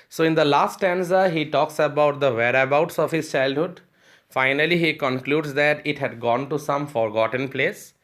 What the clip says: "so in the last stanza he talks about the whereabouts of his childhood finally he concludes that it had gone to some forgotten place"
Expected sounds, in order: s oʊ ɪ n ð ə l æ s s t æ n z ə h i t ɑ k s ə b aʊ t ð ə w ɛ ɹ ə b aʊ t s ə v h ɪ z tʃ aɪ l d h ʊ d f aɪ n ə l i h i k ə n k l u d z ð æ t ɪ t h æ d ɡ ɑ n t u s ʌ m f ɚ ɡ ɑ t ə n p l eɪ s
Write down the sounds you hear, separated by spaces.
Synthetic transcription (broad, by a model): s oʊ ɪ n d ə l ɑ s s t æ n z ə h i t ɑ k s ə b aʊ t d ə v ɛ ɹ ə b aʊ t s ə v h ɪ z tʃ aɪ l d h ʊ d f aɪ n ə l i h i k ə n k l u d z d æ t ɪ t h æ d ɡ ɑ n t u s ʌ m f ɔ ɡ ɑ t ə n p l eɪ s